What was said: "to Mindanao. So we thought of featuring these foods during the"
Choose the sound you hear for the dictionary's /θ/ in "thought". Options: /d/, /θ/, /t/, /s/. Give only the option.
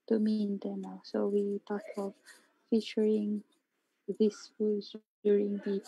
/t/